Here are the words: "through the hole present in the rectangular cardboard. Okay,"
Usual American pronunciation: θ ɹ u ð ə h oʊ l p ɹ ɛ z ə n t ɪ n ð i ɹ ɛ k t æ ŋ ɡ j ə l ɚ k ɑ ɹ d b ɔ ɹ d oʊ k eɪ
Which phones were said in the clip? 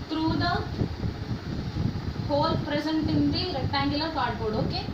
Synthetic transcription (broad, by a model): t ɹ u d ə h oʊ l p ɹ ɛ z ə n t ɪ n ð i ɹ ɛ t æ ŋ ɡ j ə l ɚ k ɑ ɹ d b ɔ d oʊ k eɪ